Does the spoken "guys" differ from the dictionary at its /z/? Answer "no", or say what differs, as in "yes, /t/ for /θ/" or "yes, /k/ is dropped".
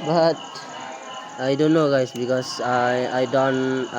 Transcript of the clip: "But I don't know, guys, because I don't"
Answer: yes, /s/ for /z/